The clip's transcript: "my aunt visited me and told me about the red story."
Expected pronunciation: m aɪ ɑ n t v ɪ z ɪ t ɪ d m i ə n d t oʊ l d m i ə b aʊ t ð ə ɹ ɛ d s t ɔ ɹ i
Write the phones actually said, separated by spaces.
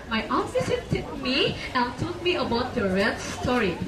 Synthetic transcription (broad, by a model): m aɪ ɑ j t f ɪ s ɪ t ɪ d m i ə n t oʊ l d m i ə b aʊ t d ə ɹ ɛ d s t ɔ ɹ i